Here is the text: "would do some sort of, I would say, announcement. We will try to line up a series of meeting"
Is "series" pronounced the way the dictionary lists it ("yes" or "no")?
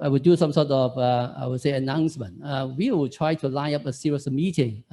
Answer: no